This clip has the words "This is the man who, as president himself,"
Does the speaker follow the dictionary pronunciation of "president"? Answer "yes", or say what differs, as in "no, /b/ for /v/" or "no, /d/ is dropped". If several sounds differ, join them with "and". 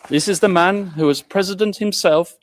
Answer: yes